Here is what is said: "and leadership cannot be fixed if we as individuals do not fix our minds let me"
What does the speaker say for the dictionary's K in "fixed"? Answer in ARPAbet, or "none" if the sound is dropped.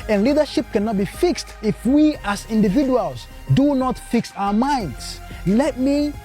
K